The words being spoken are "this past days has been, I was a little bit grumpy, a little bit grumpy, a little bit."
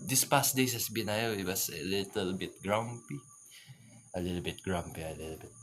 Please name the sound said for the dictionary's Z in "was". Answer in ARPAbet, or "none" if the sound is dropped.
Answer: S